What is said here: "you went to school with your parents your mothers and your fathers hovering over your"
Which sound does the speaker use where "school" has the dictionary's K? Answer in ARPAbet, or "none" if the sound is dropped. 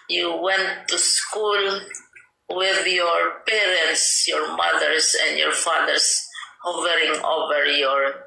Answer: K